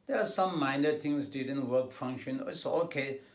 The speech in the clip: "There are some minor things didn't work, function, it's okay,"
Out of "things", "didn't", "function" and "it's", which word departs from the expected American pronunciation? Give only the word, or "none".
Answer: things